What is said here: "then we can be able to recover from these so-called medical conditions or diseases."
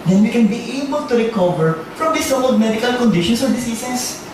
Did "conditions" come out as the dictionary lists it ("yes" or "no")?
no